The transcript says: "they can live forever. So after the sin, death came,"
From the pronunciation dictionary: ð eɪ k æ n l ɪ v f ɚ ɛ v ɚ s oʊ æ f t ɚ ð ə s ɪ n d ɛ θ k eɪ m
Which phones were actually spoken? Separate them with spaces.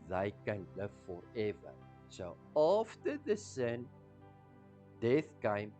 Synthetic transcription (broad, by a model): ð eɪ k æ n l ɪ v f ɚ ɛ v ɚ s oʊ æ f t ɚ ð ə s ɪ n d ɛ θ k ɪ m